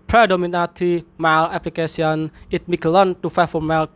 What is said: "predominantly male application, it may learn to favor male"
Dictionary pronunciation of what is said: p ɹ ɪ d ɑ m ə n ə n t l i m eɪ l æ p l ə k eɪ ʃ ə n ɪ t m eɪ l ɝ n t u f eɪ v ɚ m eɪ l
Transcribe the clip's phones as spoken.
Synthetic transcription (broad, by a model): p ɹ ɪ d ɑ m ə n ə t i m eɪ l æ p l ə k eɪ s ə n ɪ t m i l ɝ n t u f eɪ f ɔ m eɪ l